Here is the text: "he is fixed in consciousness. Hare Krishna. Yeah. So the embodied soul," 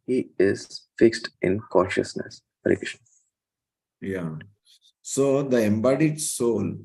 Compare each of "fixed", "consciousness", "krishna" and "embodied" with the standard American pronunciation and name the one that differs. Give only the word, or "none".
krishna